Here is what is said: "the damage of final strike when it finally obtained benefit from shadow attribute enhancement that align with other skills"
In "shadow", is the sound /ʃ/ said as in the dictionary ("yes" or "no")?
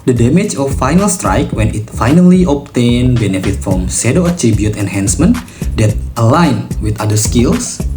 no